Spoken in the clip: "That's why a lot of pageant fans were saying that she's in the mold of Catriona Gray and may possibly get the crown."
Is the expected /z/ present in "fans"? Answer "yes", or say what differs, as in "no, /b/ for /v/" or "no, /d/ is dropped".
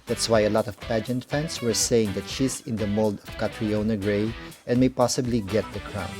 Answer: no, /s/ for /z/